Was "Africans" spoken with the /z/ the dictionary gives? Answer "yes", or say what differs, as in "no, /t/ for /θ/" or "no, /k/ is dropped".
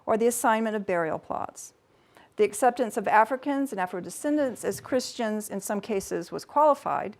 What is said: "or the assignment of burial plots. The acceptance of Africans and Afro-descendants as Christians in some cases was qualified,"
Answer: yes